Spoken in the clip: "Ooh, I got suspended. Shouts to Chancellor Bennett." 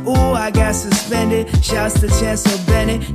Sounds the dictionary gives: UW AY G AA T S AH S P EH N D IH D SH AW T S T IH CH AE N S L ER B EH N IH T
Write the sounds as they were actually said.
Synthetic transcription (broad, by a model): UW AY G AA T S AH S P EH N D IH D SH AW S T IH CH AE N S ER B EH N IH